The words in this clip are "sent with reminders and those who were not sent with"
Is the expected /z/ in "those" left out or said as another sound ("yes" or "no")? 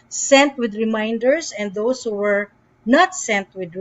yes